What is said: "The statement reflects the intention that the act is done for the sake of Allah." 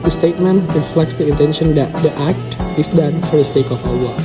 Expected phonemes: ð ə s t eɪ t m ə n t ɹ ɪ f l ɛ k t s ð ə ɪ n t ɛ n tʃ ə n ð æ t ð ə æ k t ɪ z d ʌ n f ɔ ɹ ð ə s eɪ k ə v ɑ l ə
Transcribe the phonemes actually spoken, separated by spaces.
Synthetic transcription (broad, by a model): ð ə s t eɪ t m ə n t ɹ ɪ f l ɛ k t s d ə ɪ n t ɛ n ʃ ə n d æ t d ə æ k t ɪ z d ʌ n f ɔ ɹ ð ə s eɪ k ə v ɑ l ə